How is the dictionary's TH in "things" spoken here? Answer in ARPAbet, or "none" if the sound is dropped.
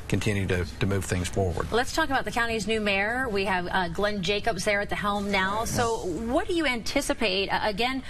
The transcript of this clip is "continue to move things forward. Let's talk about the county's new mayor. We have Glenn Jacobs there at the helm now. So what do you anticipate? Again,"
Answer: TH